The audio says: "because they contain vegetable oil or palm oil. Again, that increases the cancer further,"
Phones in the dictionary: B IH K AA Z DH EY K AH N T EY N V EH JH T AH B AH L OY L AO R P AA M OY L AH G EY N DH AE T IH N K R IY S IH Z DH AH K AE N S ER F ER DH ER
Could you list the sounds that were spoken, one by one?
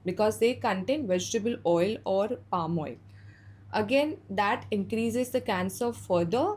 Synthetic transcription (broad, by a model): B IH K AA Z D EY K AH N T EY N V EH JH T AH B AH L OY L AO R P AA M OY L AH G EY N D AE T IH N K R IY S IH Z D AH K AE N S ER F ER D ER